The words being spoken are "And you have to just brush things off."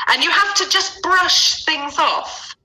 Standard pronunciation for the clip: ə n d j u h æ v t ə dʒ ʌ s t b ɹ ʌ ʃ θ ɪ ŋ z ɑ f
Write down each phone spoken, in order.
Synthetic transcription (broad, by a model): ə n j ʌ h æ f t ə dʒ ʌ s b ɹ ʌ ʃ θ ɪ ŋ z ɑ f